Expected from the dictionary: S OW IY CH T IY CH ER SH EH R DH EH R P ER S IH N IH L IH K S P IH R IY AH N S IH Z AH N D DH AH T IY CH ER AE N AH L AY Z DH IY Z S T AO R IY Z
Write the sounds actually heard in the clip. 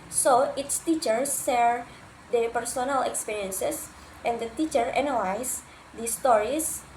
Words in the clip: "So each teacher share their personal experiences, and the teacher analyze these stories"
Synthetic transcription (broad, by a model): S OW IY S T IY CH ER S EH R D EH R P ER S IH N IH L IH K S P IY R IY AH N S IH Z AH N D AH T IY CH ER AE N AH L AY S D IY S T AO R IY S